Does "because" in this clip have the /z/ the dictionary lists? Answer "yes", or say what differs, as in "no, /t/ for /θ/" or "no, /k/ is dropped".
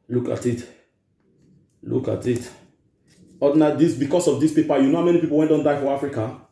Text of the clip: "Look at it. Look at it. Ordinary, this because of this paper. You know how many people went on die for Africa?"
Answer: no, /s/ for /z/